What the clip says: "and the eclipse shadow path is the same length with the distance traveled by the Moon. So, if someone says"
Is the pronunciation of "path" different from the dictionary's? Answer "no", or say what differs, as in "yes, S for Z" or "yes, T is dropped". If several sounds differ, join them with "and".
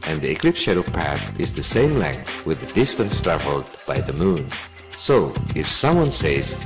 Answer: no